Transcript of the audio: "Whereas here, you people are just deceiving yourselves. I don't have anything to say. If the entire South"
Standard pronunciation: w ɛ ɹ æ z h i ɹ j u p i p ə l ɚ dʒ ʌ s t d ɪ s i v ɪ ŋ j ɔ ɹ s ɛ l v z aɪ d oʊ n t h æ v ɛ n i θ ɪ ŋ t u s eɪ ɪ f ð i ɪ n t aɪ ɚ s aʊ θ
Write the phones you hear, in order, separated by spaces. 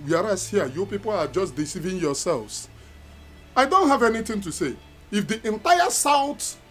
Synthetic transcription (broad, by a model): w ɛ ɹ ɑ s h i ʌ j u p i p ə l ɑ dʒ ʌ s t d ɪ s i v ɪ ŋ j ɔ s ɛ l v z aɪ d oʊ n t h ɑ v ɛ n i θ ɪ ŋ t u s eɪ ɪ f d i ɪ n t aɪ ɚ s aʊ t